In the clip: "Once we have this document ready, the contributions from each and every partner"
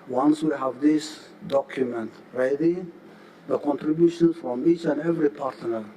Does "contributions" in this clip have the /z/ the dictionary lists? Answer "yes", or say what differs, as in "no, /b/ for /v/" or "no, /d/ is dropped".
no, /z/ is dropped